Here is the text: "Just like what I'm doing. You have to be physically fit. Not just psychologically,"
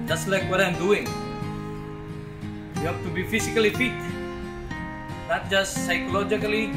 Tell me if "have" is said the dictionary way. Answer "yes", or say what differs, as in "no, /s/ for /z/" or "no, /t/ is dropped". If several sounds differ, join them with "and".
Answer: no, /p/ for /v/